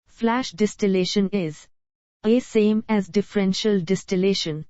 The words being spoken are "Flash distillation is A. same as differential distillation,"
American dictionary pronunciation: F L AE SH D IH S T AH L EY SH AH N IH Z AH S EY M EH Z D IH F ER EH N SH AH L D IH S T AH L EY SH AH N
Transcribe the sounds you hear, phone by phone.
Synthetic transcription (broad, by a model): F L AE SH D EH S T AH L EY SH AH N IH Z AH S EY M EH Z D IH F ER EH N SH AH L D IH S T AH L EY SH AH N